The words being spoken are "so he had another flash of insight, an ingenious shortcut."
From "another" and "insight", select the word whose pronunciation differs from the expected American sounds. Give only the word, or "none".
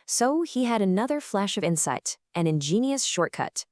none